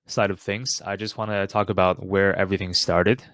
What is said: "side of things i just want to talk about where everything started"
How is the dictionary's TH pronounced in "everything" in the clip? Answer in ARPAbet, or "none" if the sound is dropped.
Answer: TH